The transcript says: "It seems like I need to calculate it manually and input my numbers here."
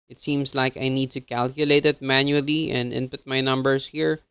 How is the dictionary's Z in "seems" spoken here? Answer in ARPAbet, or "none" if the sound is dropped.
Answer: S